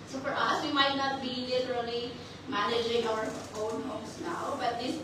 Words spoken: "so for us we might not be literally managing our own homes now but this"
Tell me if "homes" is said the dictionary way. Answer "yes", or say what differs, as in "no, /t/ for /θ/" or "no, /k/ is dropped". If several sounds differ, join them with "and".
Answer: no, /s/ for /z/